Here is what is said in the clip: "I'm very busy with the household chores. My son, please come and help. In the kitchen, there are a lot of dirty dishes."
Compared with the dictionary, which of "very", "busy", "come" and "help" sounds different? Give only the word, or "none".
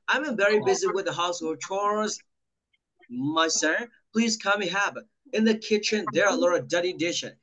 help